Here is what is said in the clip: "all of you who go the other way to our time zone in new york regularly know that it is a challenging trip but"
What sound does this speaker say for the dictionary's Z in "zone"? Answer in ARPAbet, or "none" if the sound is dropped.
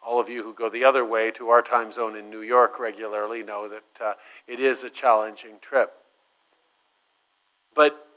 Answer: Z